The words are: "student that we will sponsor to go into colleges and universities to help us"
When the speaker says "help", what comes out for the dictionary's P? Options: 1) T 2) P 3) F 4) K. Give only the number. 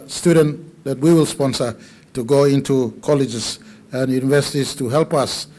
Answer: 2